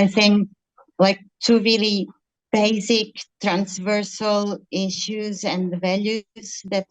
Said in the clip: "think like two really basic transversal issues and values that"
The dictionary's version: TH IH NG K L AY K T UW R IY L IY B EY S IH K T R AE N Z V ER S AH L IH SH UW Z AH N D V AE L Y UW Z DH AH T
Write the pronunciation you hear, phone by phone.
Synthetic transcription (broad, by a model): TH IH NG K L AY K T UW R IY L IY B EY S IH K T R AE N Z V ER S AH L IH SH UW Z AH N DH V AE L Y UW Z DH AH T